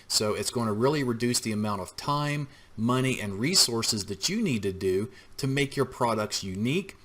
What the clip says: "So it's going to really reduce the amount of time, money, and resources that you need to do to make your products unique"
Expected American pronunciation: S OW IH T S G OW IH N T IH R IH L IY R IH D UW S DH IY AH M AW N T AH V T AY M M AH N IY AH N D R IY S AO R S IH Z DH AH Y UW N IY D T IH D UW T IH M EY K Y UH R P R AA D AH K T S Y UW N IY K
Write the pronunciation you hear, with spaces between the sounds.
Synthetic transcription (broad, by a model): S OW IH T S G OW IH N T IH R IH L IY R IH D UW S DH IY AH M AW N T AH V T AY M M AH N IY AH N R IY S AO R S IH Z DH AH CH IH N IY D T IH D UW T IH M EY K Y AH R P R AA D AH K T S Y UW N IY K